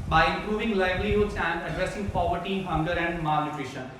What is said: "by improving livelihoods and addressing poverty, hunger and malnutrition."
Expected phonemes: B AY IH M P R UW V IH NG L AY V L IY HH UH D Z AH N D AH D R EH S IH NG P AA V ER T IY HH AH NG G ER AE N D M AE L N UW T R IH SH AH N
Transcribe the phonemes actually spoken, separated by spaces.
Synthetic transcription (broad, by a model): B AY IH M P R UW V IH NG L AY B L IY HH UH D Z AH N D AH D R EH S IH NG P AA V ER T IY HH AH NG G ER AE N D M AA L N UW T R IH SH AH N